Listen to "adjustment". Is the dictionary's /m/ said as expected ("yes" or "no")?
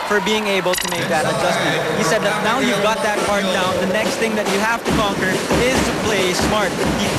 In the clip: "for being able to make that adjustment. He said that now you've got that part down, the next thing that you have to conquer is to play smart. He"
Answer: no